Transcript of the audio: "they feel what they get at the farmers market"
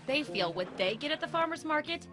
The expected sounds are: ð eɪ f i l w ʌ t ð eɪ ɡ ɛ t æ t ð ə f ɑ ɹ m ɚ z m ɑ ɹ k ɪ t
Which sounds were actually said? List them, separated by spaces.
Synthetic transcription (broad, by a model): ð eɪ f i l w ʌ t ð eɪ ɡ ɛ t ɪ t ð ə f ɑ ɹ m ɚ z m ɑ ɹ k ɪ t